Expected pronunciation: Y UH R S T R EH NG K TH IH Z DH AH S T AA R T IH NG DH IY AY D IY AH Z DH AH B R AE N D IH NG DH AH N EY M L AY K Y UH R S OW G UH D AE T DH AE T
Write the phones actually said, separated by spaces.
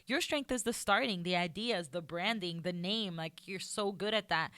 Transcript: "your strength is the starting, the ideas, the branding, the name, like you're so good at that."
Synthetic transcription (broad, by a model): Y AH R S T R EH NG K TH IH Z DH AH S T AA R T IH NG DH IY AY D IY AH Z DH AH B R AE N D IH NG DH AH N EY M L AY K Y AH R S OW G UH D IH T DH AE T